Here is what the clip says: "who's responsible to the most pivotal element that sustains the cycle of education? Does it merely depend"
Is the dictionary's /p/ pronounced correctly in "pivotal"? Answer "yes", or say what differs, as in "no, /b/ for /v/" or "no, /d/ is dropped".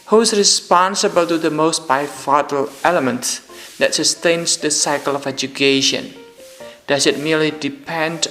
no, /b/ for /p/